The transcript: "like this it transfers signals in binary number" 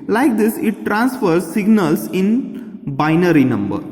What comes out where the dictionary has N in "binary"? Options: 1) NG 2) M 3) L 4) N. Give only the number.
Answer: 4